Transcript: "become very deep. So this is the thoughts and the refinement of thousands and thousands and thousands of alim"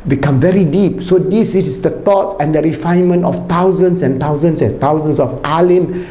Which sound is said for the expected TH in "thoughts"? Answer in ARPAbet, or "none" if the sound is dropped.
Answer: T